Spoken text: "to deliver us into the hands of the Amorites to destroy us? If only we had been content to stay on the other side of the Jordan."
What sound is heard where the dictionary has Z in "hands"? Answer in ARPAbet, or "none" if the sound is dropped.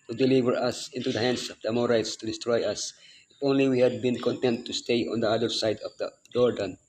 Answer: S